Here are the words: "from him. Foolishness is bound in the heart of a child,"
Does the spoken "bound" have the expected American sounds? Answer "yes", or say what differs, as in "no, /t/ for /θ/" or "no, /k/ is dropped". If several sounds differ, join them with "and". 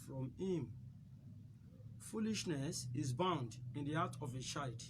yes